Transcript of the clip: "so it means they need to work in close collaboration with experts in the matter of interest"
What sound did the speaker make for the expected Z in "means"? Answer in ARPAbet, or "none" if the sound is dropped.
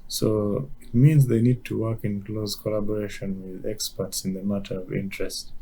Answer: Z